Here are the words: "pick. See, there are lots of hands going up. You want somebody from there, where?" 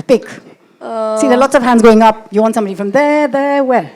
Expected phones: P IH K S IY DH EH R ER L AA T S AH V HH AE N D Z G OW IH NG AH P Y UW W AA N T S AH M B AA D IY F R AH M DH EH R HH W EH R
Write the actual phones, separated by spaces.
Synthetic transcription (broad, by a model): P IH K S IY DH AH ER L AA T S AH V HH AE N D Z G OW IH NG AH P Y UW W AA N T S AH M B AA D IY F R AH M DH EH R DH W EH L